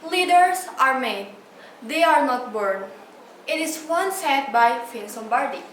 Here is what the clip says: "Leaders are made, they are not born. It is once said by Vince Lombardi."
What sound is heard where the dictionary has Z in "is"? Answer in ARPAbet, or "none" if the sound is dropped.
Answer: S